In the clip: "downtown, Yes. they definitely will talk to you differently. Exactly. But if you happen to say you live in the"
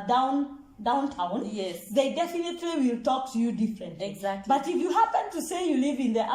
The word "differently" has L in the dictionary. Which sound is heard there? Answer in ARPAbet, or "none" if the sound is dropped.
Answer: none